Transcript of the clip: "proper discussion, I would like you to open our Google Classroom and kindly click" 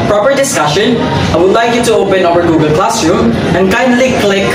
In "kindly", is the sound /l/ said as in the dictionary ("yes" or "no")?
yes